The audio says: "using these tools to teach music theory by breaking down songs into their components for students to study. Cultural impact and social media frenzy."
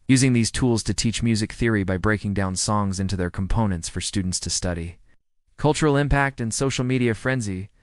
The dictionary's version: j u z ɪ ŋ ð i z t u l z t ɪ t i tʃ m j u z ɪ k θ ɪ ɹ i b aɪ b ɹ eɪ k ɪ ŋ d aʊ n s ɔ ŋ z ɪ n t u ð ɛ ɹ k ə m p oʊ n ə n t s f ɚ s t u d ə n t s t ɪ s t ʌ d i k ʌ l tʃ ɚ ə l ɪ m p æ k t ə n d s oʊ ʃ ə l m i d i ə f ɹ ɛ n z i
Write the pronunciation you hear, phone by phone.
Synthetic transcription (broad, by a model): j u z ɪ ŋ ð i z t u l z t ɪ t i tʃ m j u z ɪ k θ ɪ ɹ i b aɪ b ɹ eɪ k ɪ ŋ d aʊ n s ɔ ŋ z ɪ n t u ð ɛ ɹ k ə m p oʊ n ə n t s f ɚ s t u d n t s t ɪ s t ʌ d i k ʌ l tʃ ɚ l ɪ m p æ k t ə n s oʊ ʃ l m i d i ə f ɹ ɛ n z i